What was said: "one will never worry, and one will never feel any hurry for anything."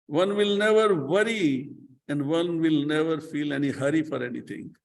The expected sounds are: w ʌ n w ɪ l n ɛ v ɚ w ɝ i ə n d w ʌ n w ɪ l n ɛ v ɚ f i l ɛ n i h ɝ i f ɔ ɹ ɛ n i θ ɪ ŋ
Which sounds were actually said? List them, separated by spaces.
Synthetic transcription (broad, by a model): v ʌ n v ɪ l n ɛ v ɚ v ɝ i ə n d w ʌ n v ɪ l n ɛ v ɚ f i l ɛ n i h ɝ i f ɔ ɹ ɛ n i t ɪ ŋ